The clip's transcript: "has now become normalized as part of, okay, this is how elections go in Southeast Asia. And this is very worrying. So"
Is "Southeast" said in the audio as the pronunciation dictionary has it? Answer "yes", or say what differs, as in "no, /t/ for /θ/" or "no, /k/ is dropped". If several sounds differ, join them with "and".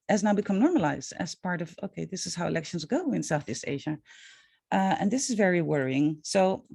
yes